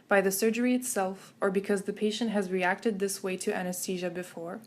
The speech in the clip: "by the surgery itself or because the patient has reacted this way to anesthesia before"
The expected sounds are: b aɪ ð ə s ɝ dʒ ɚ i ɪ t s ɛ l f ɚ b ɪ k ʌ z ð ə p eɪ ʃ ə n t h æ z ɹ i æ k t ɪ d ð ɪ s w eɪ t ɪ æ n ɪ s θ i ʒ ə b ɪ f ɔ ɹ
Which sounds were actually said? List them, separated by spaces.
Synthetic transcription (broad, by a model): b aɪ ð ə s ɝ dʒ ɚ i ɪ t s ɛ l f ɚ b ɪ k ʌ z ð ə p eɪ ʃ ə n t h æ z ɹ i æ k t ɪ d ð ɪ s w eɪ t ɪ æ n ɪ s t i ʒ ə b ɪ f ɔ ɹ